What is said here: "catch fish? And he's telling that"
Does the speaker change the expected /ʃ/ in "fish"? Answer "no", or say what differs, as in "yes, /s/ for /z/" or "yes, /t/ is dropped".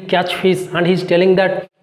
yes, /s/ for /ʃ/